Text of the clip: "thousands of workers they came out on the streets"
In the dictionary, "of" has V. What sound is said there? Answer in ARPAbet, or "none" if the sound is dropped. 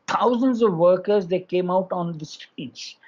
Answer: V